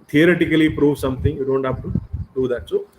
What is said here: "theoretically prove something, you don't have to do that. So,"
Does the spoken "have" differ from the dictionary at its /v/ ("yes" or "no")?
yes